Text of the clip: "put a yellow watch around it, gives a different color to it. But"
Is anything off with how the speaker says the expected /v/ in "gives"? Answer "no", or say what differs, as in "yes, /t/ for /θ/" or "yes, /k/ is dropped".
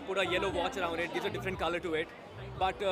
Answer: yes, /v/ is dropped